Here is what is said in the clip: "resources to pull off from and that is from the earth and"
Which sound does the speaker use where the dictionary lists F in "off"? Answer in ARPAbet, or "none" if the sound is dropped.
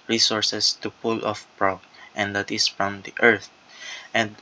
F